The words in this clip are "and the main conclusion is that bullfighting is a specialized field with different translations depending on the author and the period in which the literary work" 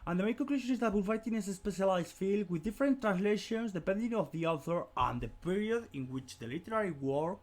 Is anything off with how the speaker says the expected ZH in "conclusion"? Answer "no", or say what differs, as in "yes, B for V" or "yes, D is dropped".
yes, SH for ZH